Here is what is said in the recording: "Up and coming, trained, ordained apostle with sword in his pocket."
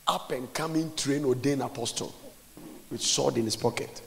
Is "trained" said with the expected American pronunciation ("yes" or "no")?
no